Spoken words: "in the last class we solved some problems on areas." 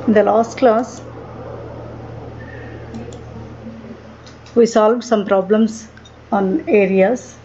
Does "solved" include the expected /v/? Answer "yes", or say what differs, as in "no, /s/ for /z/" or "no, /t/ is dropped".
yes